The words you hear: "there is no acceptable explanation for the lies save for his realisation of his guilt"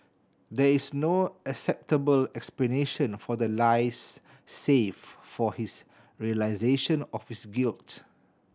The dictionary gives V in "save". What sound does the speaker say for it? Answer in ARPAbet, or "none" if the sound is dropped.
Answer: F